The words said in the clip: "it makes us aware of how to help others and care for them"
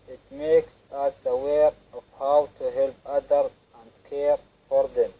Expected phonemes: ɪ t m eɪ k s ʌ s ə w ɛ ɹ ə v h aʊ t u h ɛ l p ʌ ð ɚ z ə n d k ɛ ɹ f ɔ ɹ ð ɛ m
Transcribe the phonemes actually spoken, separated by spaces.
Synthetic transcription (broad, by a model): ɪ t m eɪ k s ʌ s ə w ɛ ɹ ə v h aʊ t u h ɛ l p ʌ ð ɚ ə n d k ɛ ɹ f ɔ ɹ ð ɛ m